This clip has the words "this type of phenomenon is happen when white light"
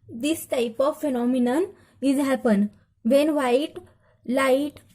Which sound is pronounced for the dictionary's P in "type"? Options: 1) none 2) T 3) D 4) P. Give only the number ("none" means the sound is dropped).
4